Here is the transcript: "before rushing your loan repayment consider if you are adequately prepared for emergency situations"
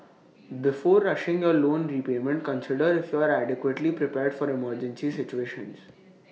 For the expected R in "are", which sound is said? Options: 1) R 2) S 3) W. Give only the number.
1